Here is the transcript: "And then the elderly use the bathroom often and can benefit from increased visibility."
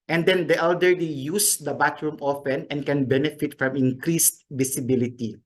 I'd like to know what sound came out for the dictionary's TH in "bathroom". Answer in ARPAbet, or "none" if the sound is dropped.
T